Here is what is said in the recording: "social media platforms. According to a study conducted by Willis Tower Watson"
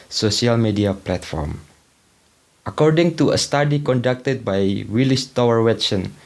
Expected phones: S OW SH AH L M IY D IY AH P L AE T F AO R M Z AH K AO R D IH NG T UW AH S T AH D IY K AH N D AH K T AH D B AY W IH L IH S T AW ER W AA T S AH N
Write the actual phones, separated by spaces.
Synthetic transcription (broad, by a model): S OW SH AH L M IY D IY AH P L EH T F AO R M AH K AO R D IH NG T UW AH S T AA D IY K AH N D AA K T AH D B AY W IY L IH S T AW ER W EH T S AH N